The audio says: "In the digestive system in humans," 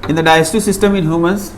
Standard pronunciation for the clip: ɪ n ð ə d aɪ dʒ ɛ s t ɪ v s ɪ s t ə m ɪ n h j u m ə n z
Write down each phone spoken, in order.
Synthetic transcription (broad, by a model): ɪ n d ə d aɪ ɛ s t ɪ s ɪ s t ə m ɪ n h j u m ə n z